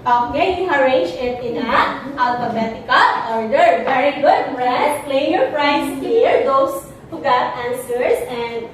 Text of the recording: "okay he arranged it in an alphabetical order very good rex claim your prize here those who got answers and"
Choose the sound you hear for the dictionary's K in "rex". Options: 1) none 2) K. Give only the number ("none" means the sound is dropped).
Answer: 1